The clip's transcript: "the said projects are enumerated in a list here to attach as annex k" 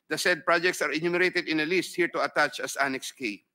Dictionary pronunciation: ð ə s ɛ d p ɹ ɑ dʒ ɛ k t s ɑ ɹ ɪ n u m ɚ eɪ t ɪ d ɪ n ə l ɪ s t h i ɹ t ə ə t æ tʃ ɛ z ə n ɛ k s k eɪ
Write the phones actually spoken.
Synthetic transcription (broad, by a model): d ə s ɛ d p ɹ ɑ dʒ ɛ k t s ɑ ɹ ɪ n u m ɚ eɪ t ɪ d ɪ n ə l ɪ s t h i ɹ t ə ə t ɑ tʃ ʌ s ə n ɛ k s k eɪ